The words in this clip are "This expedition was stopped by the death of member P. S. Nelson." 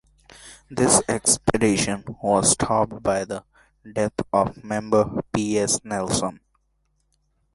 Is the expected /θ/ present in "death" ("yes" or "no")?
no